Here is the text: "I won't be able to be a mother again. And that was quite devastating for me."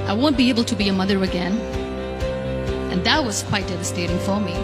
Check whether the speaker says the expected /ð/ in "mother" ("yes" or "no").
yes